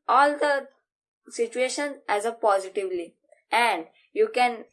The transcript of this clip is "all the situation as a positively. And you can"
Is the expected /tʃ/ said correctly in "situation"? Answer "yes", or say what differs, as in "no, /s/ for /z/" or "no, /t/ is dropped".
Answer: yes